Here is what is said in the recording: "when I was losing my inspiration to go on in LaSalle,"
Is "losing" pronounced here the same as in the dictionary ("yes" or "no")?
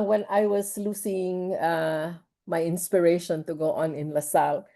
no